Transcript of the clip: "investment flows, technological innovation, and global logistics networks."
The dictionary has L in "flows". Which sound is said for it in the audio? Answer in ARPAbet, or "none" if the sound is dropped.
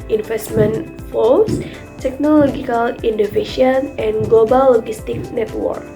none